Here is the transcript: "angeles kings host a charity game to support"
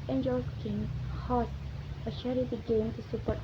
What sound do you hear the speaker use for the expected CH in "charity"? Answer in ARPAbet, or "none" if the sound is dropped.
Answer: SH